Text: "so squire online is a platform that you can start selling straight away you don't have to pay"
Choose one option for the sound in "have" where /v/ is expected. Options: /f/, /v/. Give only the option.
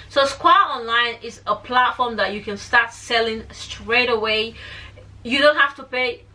/f/